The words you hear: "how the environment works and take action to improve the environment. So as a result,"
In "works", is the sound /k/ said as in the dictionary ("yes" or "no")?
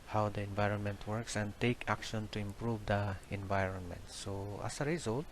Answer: yes